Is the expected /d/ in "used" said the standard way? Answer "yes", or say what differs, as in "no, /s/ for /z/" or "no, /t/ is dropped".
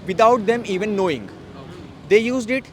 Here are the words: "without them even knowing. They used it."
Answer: yes